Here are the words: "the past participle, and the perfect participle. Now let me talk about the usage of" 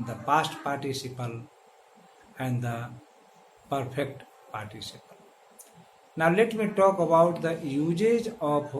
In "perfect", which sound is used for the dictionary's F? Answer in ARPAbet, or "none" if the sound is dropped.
P